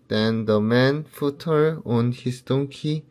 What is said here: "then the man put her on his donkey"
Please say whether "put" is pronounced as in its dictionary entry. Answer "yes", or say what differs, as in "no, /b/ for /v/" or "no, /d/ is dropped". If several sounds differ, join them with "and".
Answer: no, /f/ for /p/